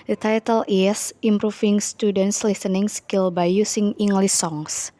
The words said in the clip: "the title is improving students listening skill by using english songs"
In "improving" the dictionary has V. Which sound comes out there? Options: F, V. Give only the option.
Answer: F